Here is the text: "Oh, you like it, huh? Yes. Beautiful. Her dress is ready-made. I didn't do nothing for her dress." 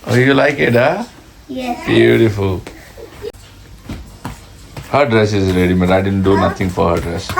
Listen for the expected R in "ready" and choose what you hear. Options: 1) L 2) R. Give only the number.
1